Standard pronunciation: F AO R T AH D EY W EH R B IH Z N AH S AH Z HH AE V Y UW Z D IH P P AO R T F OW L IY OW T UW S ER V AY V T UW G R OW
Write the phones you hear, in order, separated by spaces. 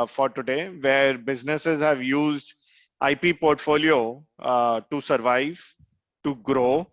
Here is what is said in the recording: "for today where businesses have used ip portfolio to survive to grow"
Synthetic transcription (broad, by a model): F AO R T AH D EY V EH R B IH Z N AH S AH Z HH AE V Y UW Z D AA P P AO R T F OW L IY OW T UW S ER V AY V T UW G R OW